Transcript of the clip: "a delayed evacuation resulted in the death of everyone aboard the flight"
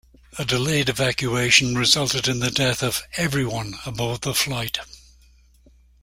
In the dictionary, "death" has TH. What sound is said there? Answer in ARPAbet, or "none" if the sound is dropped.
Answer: TH